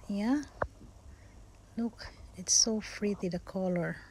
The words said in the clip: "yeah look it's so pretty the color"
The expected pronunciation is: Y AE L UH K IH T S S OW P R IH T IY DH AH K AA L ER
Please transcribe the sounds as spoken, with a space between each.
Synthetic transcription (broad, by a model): Y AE L UH K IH T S S OW F R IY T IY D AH K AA L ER